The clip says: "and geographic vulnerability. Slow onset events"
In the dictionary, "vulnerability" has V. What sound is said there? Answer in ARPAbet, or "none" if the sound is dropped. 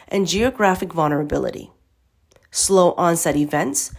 V